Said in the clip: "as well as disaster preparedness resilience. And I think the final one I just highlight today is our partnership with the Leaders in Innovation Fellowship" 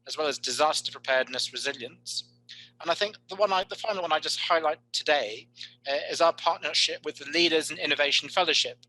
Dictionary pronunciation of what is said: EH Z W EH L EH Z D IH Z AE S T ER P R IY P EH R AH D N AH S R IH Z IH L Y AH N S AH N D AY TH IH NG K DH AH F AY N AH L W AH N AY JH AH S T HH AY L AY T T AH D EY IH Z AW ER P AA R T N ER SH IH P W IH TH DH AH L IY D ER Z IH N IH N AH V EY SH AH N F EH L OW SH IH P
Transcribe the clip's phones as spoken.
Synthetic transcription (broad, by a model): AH Z W EH L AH Z D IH Z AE S T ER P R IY P EH D N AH S R IH Z IH L Y AH N S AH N AY TH IH NG K DH AH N AY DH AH L W AH N AY JH AH S T HH AY L AY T T AH D EY IH Z AW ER P AA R T N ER SH IH P W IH DH AH L IY D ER Z IH N IH N AH V EY SH AH N F EH L OW SH IH P